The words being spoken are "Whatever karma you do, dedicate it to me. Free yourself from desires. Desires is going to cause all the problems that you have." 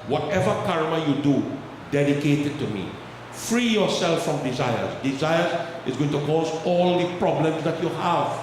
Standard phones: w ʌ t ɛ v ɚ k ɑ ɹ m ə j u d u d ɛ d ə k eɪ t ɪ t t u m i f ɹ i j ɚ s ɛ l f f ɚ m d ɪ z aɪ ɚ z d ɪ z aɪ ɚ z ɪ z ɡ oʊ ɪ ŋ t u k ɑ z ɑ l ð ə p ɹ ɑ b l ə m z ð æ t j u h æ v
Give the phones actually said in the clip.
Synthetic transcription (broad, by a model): w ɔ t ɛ v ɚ k ɑ ɹ m ə j u d u d ɛ d ə k eɪ t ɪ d t u m i f ɹ i j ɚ s ɛ l f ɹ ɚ m d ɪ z aɪ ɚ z d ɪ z aɪ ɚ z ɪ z ɡ oʊ ɪ ŋ t u k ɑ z ɑ l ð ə p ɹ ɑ b l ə m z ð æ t j u h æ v